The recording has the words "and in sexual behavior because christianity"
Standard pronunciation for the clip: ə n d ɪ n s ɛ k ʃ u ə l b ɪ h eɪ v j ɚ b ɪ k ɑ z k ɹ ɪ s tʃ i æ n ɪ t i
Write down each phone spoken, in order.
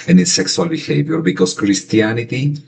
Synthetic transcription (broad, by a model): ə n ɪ s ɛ k s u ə l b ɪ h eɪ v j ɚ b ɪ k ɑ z k ɹ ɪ s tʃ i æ n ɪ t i